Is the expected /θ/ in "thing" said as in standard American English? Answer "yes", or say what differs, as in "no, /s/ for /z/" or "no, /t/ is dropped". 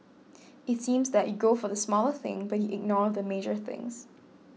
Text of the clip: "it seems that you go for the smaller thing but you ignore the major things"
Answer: yes